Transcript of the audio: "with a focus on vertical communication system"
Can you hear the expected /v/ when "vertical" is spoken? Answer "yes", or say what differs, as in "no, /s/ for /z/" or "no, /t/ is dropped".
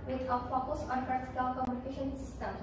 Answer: no, /p/ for /v/